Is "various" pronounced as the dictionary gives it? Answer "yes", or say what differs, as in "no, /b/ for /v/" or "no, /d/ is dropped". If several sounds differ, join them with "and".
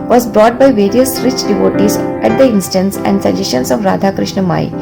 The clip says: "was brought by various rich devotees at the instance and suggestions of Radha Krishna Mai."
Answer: yes